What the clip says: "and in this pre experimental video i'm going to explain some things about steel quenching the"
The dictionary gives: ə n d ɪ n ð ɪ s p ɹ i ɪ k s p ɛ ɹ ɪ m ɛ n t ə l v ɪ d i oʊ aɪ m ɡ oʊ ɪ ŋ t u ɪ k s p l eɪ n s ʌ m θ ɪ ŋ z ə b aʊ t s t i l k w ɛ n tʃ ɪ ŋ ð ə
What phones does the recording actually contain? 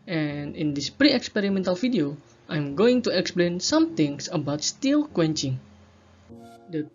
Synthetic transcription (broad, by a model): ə n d ɪ n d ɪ s p ɹ i ɪ k s p ɛ ɹ ɪ m ɛ n t ə l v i d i oʊ aɪ m ɡ oʊ ɪ ŋ t u ɪ k s p l eɪ n s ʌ m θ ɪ ŋ s ə b aʊ t s t i l k w ɛ n tʃ ɪ ŋ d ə